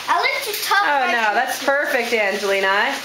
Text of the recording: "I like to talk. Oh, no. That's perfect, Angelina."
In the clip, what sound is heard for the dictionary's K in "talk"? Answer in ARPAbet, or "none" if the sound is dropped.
none